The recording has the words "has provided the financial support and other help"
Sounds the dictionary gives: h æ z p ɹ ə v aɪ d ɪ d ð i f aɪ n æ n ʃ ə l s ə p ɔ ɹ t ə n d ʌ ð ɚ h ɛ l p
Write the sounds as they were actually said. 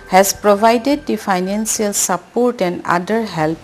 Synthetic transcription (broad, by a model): h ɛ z p ɹ ə v aɪ d ɪ d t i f aɪ n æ n s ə l s ə p ɔ ɹ t ə n d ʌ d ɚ h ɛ l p